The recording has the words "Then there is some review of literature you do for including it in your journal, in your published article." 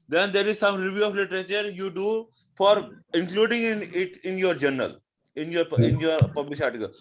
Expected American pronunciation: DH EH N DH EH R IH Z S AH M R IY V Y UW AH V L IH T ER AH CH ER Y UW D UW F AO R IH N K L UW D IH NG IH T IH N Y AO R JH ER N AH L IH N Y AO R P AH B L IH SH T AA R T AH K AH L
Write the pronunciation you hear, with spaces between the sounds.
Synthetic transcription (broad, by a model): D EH N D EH R IH Z S AH M R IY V Y UW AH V L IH T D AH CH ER Y UW D UW F AO R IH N K L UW D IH NG IH T IH N Y AO R JH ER N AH L IH N Y AO R P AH B L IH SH AA R T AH K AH L